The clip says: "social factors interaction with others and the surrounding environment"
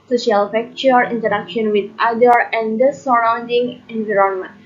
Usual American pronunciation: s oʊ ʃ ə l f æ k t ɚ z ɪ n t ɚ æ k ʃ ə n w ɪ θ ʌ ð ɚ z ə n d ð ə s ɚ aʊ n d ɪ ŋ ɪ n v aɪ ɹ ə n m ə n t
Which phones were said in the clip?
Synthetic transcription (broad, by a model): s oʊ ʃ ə l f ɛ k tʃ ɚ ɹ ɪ n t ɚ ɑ k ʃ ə n w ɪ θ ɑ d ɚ ə n d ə s ɚ aʊ n d ɪ ŋ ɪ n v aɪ ɹ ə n m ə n